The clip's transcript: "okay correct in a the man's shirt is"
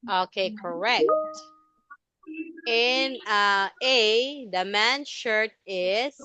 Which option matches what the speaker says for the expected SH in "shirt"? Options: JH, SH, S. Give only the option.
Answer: SH